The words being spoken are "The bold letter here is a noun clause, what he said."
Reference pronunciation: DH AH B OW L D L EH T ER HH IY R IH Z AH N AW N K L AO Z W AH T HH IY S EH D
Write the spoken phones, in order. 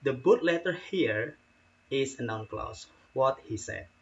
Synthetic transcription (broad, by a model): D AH B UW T L EH T ER HH IY R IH S AH N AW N K L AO S W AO T HH IY S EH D